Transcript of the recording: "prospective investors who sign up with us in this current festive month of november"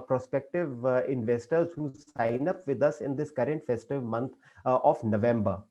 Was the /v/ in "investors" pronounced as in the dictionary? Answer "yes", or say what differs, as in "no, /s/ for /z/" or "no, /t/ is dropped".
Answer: yes